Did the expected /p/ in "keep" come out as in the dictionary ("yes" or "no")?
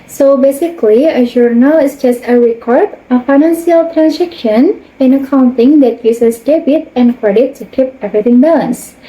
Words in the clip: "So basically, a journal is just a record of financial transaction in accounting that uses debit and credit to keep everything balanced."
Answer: yes